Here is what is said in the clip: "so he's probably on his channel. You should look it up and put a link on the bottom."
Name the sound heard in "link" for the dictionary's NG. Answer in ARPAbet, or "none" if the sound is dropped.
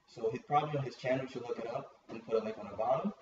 none